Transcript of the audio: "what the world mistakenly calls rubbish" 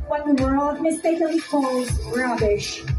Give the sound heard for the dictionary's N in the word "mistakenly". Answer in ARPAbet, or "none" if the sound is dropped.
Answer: none